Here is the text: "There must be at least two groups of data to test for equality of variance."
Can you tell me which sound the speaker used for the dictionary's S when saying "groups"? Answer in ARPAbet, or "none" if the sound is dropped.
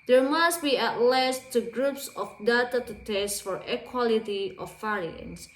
S